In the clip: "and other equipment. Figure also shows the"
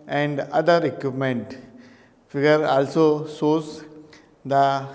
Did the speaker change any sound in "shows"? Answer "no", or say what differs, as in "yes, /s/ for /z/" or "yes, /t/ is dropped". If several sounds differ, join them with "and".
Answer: yes, /s/ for /ʃ/